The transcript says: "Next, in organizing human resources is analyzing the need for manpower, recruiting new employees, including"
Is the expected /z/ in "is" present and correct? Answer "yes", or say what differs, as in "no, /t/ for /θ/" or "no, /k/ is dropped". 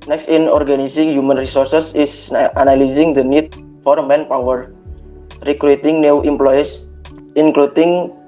no, /s/ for /z/